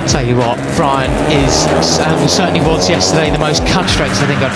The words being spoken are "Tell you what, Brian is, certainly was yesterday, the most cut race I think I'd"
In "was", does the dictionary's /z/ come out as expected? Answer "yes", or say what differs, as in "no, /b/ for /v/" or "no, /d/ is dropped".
yes